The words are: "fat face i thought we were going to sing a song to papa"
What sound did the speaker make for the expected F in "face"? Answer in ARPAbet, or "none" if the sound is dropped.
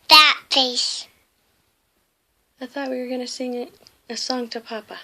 P